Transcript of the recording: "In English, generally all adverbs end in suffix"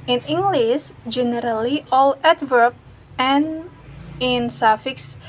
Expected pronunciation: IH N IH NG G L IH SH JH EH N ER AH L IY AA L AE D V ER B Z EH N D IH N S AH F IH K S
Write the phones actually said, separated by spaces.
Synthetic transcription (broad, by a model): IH N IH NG G L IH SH JH EH N ER AH L IY AA L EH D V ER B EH N IH N S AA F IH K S